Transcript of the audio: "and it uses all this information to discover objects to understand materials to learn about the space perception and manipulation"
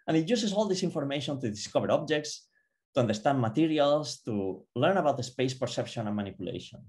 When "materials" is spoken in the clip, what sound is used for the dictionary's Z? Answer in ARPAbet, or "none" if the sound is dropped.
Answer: S